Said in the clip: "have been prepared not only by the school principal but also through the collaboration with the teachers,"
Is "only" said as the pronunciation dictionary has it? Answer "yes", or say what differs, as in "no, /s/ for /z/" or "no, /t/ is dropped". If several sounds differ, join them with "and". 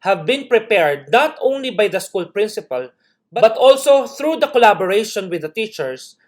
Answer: yes